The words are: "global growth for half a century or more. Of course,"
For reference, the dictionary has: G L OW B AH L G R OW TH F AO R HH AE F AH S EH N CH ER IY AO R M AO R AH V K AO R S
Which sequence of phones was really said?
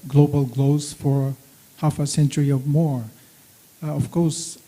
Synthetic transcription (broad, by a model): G L OW B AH L G L OW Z F AO R HH AE F AH S EH N CH ER IY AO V M AO R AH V K AO R S